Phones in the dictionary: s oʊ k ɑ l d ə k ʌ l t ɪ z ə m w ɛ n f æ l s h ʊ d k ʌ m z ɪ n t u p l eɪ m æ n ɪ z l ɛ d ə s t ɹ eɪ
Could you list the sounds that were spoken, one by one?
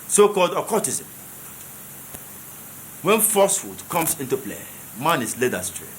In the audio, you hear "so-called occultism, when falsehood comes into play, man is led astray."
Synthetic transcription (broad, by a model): s oʊ k ɑ l d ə k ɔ t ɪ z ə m w ɛ n f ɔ s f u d k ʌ m s ɪ n t u p l eɪ m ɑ n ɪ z l ɛ d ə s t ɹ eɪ